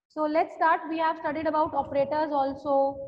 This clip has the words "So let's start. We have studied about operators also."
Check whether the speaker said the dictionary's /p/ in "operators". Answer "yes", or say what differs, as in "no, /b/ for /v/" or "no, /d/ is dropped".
yes